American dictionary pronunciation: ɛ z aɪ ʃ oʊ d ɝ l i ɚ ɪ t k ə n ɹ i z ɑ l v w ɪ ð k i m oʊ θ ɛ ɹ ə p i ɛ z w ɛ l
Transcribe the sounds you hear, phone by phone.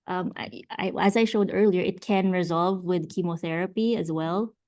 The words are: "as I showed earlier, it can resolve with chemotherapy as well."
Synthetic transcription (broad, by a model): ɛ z aɪ ʃ oʊ d ɝ l i ɚ ɪ t k ə n ɹ i z ɑ l v w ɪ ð k i m oʊ θ ɛ ɹ ə p i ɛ z w ɛ l